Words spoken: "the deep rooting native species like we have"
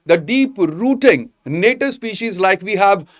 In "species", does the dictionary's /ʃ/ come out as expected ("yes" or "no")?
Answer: yes